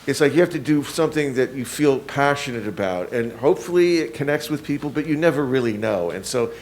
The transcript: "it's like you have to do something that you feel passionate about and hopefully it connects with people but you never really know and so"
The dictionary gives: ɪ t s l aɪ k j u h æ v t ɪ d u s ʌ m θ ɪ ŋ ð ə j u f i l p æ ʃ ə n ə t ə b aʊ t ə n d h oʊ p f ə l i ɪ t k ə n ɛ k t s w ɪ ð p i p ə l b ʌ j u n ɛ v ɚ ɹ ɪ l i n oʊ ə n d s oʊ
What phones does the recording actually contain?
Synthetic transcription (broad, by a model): ɪ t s l aɪ k j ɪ h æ f t ɪ d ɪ s ʌ m θ ɪ ŋ ð ə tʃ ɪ f i l p æ ʃ ə n ə t ə b aʊ t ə n h oʊ p f l i ɪ t k ə n ɛ k t s w ɪ ð p i p l b ʌ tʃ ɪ n ɛ v ɚ ɹ ɪ l i n oʊ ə n s oʊ